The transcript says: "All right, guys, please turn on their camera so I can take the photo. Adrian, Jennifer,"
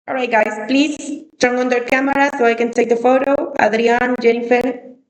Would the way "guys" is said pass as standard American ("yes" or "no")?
no